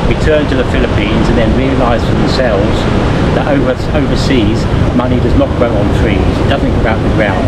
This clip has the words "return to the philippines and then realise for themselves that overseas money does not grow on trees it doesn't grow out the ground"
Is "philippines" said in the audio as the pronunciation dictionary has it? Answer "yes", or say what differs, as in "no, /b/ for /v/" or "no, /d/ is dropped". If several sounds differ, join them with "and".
yes